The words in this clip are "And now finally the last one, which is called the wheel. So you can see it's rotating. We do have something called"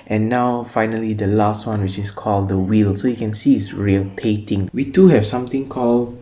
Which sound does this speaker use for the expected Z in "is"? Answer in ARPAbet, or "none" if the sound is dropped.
S